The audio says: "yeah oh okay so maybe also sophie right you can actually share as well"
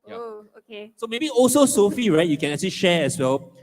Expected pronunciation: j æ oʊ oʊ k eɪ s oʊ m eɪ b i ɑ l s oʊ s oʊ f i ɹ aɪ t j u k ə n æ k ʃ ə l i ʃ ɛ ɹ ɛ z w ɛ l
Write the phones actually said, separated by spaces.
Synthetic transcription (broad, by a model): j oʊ oʊ k eɪ s oʊ m eɪ b i ɑ l s oʊ s oʊ f i ɹ aɪ t j u k ə n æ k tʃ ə l i ʃ ɛ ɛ s w ɛ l